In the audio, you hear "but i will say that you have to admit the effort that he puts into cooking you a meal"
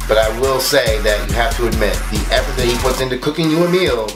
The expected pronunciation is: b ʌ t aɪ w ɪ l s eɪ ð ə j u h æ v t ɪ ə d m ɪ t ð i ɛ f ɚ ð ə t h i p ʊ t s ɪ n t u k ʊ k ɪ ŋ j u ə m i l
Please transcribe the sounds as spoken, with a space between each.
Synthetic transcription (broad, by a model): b ʌ t aɪ w ɪ l s eɪ ð ə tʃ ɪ h æ f t ɪ ə d m ɪ t ð i ɛ p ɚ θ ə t h i p ʊ t s ɪ n t u k ʊ k ɪ ŋ j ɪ ə m i l